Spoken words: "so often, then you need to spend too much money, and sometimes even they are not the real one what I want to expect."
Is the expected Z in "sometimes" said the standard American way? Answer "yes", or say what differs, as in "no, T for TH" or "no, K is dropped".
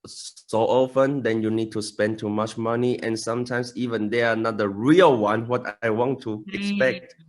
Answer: no, S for Z